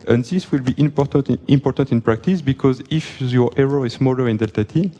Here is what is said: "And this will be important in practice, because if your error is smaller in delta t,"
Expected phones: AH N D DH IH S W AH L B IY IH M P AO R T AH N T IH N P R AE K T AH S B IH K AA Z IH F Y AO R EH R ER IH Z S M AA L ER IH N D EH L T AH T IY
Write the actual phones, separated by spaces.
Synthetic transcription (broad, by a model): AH N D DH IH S W AH L B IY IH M P AO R T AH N T IH N P R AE K T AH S B IH K AA Z IH F Y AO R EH R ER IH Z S M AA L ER IH N D EH L T AH T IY